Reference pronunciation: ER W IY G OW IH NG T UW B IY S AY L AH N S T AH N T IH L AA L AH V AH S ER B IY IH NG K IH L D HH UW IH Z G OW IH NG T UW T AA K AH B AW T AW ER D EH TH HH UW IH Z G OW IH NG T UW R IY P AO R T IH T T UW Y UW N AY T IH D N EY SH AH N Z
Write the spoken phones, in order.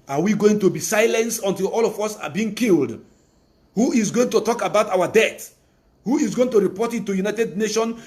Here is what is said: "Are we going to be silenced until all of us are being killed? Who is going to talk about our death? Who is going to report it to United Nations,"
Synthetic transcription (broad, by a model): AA W IY G OW IH NG T UW B IY S AY L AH N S AH N T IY L AA L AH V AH S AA B IY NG K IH L D HH UW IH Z G OW IH NG T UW T AA K AH B AW T AW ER D EH T HH UW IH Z G OW IH NG T UW R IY P AO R T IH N T UW Y UW N AY T IH D N EY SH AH N